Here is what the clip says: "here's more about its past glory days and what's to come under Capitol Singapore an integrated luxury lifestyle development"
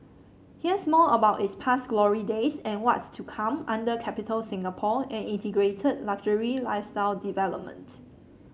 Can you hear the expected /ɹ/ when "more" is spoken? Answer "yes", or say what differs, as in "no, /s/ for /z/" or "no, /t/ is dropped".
no, /l/ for /ɹ/